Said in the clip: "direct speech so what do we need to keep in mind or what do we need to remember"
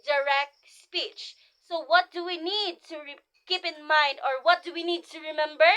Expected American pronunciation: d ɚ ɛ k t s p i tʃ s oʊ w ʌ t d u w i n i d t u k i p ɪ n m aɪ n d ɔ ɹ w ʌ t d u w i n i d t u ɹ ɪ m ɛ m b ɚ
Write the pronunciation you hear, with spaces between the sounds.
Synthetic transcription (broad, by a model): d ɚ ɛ k t s p i tʃ s oʊ w ʌ t d u w i n i d t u k i p ɪ n m aɪ n d ɔ ɹ w ʌ t d u w i n i d t u ɹ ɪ m ɛ m b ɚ